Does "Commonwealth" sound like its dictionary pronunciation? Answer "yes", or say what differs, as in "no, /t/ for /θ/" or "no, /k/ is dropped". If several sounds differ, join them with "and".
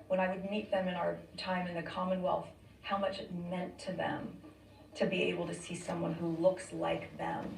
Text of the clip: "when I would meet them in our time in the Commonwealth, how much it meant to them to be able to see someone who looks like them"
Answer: yes